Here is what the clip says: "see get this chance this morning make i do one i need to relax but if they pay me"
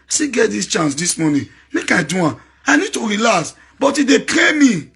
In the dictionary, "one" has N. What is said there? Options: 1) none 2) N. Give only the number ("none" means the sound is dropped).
1